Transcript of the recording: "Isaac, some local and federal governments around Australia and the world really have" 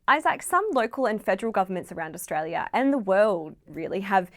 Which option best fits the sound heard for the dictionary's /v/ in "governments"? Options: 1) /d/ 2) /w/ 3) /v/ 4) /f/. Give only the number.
3